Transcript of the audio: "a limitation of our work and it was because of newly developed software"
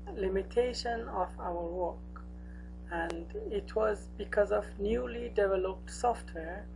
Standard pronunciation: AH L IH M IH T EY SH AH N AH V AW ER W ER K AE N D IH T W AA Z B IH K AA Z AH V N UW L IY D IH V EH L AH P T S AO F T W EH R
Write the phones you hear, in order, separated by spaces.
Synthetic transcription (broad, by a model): L IH M IH T EY SH AH N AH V AW ER W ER K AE N D IH T W AA Z B IH K AA Z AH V N UW L IY D IH V EH L AH P T S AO F T W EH R